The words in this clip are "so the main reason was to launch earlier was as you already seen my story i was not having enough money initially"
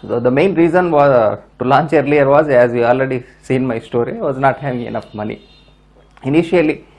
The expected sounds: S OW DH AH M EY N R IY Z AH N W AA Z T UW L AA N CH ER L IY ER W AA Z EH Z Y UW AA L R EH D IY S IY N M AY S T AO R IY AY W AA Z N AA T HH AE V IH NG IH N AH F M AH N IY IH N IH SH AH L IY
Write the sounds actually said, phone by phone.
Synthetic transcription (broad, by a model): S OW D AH M EY N R IY Z AH N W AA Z T UW L AA N CH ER L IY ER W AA Z EH Z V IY AA L R EH D IY S IY N M AY S T AO R IY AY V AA Z N AA T HH AE V IH NG IH N AH F M AH N IY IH N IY SH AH L IY